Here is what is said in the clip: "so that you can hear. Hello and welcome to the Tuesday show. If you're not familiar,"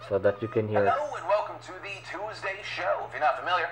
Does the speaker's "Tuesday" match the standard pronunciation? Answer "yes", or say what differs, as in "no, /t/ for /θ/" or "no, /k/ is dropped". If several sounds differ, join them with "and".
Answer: yes